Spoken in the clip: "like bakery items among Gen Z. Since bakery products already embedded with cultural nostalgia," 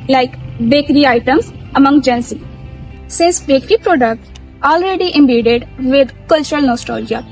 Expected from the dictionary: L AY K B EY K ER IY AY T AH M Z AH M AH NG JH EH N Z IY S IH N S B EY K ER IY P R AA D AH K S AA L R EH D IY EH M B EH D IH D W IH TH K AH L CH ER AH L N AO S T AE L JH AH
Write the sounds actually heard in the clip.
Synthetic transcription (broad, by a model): L AY K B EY K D IY AY T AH M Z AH M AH NG JH EH N S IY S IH S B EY K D IY P R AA D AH K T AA L R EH D IY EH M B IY D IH D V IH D K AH L CH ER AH L N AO S T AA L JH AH